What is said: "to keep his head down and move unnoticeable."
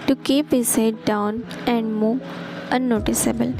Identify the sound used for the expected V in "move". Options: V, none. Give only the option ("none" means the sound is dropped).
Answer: none